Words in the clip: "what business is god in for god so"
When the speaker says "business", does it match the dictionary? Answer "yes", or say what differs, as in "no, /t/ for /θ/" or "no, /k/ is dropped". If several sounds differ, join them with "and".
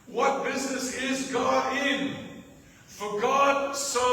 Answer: yes